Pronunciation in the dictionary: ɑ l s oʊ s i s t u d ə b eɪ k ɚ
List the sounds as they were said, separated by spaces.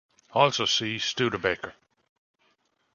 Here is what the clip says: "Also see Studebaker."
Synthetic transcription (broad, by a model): ɑ l s oʊ s i s t u d ə b eɪ k ɚ